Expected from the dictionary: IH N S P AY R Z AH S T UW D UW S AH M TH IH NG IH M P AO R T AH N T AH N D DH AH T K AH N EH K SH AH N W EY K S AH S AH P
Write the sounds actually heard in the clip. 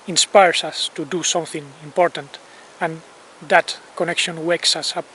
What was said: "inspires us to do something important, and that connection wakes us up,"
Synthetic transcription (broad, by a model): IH N S P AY R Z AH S T UW D UW S AH M TH IH NG IH M P AO R T AH N T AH N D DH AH T K AH N EH K SH AH N W EY K S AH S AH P